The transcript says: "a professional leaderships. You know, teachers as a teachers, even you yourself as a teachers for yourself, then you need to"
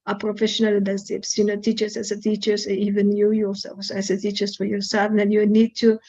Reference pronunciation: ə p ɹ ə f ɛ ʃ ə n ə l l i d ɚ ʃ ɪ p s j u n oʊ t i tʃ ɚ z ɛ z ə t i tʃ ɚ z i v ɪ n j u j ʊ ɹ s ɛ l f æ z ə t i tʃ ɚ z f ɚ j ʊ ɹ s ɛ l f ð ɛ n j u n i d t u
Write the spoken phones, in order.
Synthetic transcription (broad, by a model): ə p ɹ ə f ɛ ʃ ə n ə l l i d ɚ s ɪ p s j u n oʊ t i tʃ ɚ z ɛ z ə t i tʃ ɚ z i v ɪ n j u j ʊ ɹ s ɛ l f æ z ə t i tʃ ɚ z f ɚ j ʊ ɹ s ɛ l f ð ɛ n j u n i d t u